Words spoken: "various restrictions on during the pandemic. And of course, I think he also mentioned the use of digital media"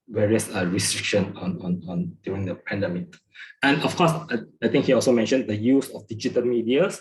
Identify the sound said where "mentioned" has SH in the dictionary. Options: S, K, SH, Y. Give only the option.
SH